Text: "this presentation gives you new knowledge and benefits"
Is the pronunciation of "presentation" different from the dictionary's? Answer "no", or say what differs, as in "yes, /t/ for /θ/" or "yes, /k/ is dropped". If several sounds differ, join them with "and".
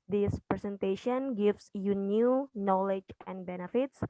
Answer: yes, /s/ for /z/